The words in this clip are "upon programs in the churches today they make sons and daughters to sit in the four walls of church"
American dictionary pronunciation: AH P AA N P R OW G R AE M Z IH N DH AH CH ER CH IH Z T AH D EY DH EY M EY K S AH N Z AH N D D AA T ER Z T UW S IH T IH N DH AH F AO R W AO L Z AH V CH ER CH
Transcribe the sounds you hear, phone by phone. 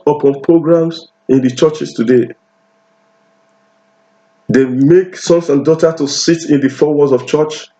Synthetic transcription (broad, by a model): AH P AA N P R OW G R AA M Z IH N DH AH CH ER CH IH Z T AH D EY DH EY M EY K S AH N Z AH N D D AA T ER T UW S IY T IH N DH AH F AO W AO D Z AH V CH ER CH